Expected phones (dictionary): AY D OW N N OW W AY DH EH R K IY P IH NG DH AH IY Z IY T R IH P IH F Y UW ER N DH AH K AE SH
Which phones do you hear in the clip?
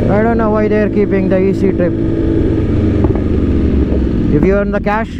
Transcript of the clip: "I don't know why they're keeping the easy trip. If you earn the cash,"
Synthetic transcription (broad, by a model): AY D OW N N OW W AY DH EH R K IY P IH NG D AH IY S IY T R IH P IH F Y UW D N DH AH K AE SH